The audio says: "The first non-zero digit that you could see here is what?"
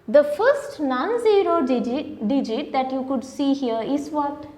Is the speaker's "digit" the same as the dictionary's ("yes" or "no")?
yes